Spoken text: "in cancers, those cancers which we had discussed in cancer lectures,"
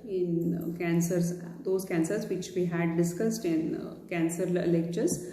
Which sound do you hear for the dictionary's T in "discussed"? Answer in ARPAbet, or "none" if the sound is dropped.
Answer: T